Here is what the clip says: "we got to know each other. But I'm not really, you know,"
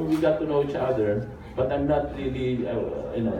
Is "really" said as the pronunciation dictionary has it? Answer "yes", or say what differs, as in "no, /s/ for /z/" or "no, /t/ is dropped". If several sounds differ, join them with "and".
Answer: yes